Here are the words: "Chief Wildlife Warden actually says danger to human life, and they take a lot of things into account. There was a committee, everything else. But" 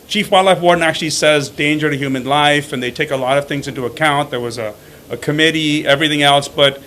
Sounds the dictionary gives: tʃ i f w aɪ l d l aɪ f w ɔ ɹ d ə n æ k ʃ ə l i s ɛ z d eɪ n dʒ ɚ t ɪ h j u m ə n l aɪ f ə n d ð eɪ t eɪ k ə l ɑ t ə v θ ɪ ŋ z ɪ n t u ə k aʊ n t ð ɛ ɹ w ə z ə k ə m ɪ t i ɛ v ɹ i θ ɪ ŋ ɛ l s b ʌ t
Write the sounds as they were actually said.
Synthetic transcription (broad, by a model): tʃ i f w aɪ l l aɪ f w ɔ ɹ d n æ k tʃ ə l i s ɛ z d eɪ n dʒ ɚ t ɪ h j u m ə n l aɪ f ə n ð eɪ t eɪ k ə l ɑ t ə v θ ɪ ŋ z ɪ n t u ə k aʊ n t ð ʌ ɹ w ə z ə k ə m ɪ t i ɛ v ɹ i θ ɪ ŋ ɛ l s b ʌ t